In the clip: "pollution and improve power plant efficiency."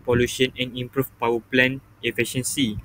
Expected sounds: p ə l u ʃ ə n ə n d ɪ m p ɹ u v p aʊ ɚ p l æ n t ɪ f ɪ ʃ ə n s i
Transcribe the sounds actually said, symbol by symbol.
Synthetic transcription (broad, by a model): p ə l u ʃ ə n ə n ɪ m p ɹ u f p aʊ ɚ p l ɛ n ɪ f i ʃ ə n s i